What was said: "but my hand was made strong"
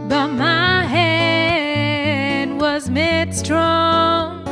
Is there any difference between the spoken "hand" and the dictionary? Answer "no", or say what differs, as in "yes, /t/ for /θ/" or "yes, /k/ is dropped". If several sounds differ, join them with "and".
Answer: yes, /n/ is dropped